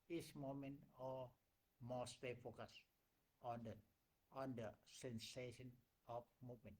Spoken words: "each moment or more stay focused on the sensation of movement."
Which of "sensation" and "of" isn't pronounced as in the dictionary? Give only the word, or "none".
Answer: of